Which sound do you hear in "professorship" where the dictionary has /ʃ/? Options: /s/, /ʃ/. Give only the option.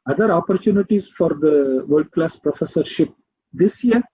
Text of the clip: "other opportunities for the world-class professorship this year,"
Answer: /ʃ/